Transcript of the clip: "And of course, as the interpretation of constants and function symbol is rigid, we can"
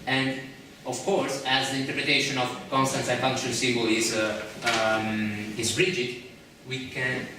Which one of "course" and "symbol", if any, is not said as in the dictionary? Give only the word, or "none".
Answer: symbol